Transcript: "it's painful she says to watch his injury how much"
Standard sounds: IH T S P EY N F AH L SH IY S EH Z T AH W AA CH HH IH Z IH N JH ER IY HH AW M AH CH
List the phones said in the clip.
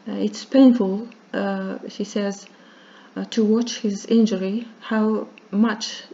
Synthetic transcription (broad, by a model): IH T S P EY N F AH L SH IY S EH Z T AH W AA CH HH IH Z IH N JH ER IY HH AW M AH CH